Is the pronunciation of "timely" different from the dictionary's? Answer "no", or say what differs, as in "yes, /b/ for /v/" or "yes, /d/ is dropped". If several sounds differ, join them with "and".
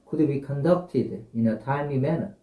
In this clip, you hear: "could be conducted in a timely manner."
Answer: yes, /l/ is dropped